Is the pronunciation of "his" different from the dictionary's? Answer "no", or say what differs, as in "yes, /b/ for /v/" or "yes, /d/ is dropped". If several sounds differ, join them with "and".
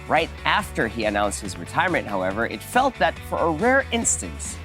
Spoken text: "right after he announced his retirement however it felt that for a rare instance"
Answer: no